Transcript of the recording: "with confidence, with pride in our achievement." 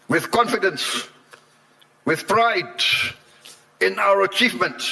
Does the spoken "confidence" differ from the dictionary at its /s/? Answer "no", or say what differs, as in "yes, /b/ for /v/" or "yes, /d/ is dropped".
no